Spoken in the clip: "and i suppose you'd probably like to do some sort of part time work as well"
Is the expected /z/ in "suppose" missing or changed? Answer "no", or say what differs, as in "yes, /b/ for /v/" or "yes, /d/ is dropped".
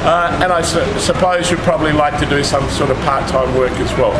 no